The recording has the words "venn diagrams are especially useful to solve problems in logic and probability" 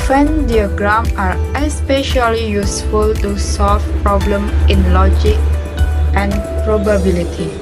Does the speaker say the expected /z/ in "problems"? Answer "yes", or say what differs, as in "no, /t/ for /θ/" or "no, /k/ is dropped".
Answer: no, /z/ is dropped